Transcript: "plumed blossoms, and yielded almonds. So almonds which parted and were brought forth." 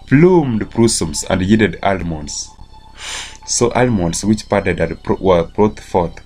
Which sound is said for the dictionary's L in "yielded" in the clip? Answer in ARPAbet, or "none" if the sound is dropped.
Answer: none